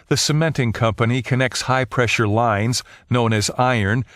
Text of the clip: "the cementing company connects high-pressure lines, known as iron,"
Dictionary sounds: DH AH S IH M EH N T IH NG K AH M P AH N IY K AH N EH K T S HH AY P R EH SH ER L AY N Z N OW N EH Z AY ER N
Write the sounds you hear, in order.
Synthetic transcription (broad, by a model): DH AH S IH M EH N T IH NG K AH M P AH N IY K AH N EH K T S HH AY P R EH SH ER L AY N Z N OW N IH Z AY ER N